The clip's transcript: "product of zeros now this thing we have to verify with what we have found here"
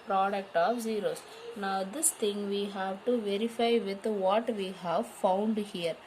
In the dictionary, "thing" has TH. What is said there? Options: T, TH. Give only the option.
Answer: T